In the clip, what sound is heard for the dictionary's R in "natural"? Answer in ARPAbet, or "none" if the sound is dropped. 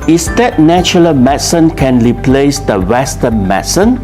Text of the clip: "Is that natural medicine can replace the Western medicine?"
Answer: none